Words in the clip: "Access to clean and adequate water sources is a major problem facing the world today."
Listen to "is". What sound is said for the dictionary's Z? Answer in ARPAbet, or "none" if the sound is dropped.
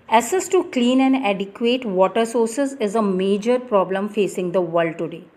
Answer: Z